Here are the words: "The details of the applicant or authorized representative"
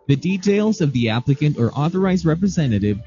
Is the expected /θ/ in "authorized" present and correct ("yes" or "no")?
yes